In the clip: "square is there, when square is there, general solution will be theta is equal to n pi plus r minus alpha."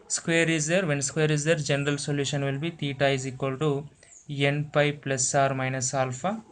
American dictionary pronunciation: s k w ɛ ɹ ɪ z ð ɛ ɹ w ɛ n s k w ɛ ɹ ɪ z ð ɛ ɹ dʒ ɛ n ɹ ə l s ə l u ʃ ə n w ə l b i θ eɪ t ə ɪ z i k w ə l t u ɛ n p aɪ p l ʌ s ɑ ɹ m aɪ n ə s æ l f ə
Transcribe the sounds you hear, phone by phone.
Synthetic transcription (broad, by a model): s k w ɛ ɹ ɪ z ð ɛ ɹ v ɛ n s k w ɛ ɹ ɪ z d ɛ ɹ dʒ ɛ n ɹ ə l s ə l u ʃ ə n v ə l b i t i t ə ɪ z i k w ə l t u ɛ n p aɪ p l ʌ s ɑ ɹ m aɪ n ə s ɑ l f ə